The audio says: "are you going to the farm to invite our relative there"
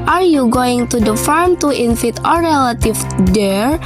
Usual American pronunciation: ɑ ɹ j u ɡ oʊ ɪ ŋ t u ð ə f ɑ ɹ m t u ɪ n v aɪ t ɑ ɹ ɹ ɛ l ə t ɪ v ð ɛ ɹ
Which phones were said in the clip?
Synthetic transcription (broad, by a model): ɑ ɹ j u ɡ oʊ ɪ ŋ t u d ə f ɑ ɹ m t u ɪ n f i t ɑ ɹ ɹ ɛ l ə t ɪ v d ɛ ɹ